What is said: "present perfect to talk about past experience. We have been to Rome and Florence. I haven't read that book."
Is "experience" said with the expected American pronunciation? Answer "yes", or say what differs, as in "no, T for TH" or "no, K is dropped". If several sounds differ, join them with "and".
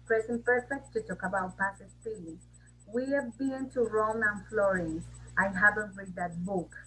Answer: no, K is dropped and L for R